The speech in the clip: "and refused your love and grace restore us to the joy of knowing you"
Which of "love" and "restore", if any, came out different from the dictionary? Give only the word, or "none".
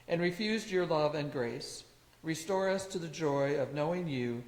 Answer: none